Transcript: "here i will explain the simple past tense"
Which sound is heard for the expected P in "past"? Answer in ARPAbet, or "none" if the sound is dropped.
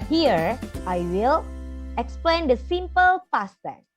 F